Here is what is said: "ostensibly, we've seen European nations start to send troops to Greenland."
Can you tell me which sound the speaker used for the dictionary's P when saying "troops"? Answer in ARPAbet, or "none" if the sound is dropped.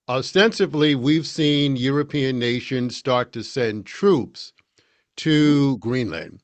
P